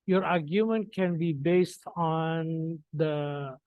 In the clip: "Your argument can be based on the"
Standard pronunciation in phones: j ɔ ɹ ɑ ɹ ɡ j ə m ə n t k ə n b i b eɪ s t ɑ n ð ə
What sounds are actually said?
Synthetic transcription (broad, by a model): j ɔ ɹ ɑ ɹ ɡ j ə m ə n t k ə n b i b eɪ s t ɑ n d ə